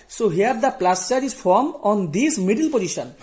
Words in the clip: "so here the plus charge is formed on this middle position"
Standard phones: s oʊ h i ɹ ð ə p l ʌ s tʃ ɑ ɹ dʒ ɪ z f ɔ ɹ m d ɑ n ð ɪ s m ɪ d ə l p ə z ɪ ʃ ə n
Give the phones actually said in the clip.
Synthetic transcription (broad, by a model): s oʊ h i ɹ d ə p l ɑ s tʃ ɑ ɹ ɪ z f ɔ ɹ m ɑ n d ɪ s m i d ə l p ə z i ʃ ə n